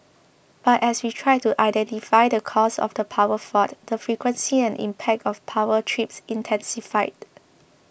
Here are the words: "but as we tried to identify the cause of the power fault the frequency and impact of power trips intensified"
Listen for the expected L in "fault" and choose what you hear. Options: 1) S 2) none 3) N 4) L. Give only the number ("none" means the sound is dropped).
2